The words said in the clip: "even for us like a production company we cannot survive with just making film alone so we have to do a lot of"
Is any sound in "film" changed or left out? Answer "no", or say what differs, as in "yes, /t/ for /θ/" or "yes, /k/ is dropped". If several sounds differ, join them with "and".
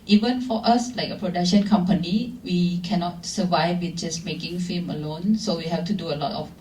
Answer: yes, /l/ is dropped